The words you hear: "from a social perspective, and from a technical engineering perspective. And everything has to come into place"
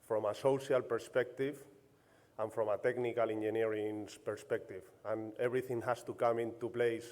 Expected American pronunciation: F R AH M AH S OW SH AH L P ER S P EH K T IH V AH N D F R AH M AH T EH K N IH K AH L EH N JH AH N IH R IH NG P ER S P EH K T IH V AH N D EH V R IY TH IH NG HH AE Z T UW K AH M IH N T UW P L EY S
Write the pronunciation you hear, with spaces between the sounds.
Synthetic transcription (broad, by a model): F R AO M AH S OW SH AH L P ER S P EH K T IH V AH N F R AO M AH T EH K N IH K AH L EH N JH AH N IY R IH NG P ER S P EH K T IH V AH N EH B R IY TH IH NG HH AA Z T UW K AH M IH N T UW P L EY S